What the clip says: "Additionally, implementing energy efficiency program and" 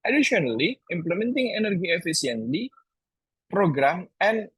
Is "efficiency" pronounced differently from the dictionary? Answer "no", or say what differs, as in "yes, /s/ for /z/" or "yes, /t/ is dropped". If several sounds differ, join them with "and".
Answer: yes, /s/ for /ʃ/